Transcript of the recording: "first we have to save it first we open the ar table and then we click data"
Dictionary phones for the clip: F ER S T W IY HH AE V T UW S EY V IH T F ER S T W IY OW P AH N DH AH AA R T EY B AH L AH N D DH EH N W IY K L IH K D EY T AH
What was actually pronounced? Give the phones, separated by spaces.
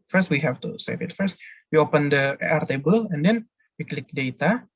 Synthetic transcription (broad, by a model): F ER S T W IY HH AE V T UW S EY V IH T F ER S T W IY OW P AH N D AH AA R T EY B AH L AH N D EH N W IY K L IH K D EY T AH